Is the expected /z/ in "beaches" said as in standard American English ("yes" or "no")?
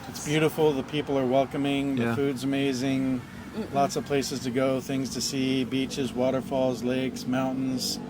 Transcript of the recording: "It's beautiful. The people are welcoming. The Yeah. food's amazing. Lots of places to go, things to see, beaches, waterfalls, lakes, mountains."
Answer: yes